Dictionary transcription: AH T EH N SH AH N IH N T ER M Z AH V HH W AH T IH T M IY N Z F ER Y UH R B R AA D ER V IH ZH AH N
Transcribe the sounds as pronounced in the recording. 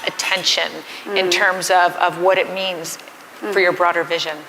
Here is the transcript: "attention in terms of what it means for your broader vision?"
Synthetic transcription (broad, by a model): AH T EH N SH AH N IH N T ER M Z AH V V W AH T IH T M IY N Z F ER Y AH R B R AA D ER V IH ZH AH N